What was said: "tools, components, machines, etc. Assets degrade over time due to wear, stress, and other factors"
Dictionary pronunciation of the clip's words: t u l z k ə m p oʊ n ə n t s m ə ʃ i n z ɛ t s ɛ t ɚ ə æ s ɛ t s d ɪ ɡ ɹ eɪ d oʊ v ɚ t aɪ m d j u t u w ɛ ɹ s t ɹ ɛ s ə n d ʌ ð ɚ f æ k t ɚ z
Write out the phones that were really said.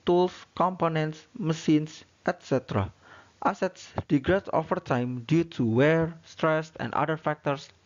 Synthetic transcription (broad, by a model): t u l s k ə m p oʊ n ə n t s m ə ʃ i n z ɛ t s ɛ t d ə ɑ s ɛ t s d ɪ ɡ ɹ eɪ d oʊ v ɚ t aɪ m d j u t u w ɛ ɹ s t ɹ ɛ s ə n d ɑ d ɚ f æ k t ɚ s